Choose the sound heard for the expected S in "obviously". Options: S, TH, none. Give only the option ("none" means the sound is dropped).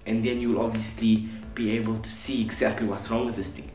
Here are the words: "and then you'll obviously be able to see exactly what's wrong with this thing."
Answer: S